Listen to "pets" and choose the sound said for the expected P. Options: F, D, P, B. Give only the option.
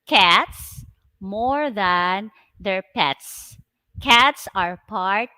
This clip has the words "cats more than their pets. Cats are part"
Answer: P